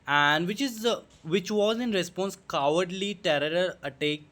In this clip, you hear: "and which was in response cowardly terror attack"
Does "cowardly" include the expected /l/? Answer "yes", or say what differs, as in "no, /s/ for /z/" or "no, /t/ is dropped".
yes